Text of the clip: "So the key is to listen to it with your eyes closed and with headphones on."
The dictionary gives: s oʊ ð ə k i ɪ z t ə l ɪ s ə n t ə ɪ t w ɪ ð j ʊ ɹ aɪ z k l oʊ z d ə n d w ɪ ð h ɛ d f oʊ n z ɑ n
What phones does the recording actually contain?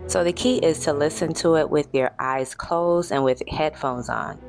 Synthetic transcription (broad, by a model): s oʊ ð ə k i ɪ z t ə l ɪ s ə n t ə ɪ t w ɪ ð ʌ ɹ aɪ z k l oʊ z ə n w ɪ ð h ɛ d f oʊ n z n